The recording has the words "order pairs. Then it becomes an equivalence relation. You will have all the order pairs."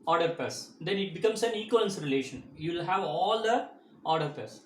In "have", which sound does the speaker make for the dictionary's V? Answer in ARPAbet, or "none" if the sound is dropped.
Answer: V